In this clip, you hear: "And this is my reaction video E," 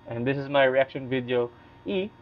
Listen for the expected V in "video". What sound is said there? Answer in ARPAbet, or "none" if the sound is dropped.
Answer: V